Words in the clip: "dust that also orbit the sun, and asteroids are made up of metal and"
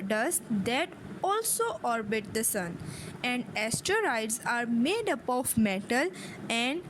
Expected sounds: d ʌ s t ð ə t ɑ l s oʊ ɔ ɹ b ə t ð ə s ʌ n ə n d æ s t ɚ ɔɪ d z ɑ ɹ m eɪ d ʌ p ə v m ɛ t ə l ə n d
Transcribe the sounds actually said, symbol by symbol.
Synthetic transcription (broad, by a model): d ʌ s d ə t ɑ l s oʊ ɔ ɹ b ə t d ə s ʌ n ə n d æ s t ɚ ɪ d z ɑ ɹ m eɪ d ʌ p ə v m ɛ t ə l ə n d